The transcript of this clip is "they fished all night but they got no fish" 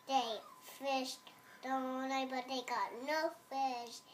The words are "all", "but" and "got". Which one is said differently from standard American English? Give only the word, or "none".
all